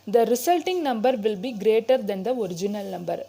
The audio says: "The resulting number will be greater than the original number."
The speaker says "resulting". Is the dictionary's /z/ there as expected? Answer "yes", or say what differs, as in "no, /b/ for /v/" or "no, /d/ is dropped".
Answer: no, /s/ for /z/